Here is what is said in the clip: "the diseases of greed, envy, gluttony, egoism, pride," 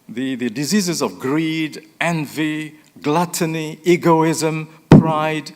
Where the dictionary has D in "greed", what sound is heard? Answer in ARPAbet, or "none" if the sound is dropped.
D